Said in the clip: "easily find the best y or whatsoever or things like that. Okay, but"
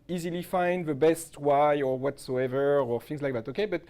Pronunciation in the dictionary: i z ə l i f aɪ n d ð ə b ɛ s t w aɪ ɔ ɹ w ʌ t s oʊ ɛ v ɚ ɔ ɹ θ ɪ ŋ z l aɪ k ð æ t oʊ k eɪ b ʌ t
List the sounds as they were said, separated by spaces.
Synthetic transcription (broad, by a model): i z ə l i f aɪ n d ð ə b ɛ s t w aɪ ɔ ɹ w ʌ t s oʊ ɛ v ɚ ɔ ɹ θ ɪ ŋ z l aɪ k ð æ t oʊ k eɪ b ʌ t